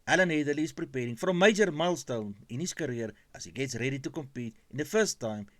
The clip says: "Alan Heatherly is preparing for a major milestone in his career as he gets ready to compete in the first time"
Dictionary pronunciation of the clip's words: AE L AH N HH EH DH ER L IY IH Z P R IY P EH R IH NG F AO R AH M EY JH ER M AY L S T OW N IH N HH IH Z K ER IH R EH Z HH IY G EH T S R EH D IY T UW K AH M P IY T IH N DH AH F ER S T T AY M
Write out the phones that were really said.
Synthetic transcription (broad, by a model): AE L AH N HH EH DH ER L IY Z P R IY P EH R IH NG F AO R AH M EY JH ER M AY L S T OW N IH N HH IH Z K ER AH R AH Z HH IY G EH T S R EH D IY T UW K AH M P IY T IH N DH AH F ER S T T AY M